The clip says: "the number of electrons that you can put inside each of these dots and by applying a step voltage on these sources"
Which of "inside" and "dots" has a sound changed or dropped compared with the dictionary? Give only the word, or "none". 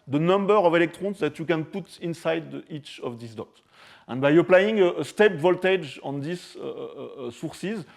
dots